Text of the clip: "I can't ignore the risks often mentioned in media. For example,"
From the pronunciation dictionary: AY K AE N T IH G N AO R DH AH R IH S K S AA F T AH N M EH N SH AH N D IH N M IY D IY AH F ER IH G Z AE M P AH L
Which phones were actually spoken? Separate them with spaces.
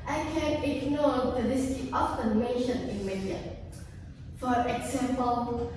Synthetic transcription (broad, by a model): AY K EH N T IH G N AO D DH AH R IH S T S AA F T AH N M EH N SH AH N IH N M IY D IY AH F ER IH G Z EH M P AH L